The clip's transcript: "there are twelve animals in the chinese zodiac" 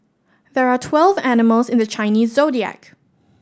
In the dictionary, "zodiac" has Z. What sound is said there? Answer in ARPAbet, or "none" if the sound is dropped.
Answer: Z